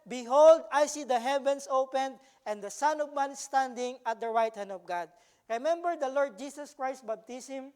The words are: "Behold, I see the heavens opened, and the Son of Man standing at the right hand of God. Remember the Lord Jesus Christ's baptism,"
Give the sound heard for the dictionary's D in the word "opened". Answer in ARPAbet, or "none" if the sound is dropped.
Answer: D